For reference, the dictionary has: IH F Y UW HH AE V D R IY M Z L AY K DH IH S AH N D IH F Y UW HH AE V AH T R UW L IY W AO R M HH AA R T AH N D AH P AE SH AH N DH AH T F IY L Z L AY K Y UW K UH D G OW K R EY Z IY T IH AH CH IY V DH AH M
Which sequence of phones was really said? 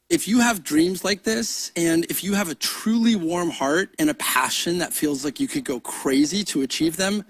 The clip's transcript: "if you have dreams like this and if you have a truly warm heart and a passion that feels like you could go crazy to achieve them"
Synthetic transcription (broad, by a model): IH F Y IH V D R IY M Z L AY K DH IH S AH N IH F Y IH V AH T R UW L IY W AO R M HH AA R T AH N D AH P AE SH AH N DH AH T F IY L Z L AY K Y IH K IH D G OW K R EY Z IY T IH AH CH IY V DH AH M